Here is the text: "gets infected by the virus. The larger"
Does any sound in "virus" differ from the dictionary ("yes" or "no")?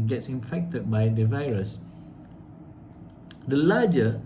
no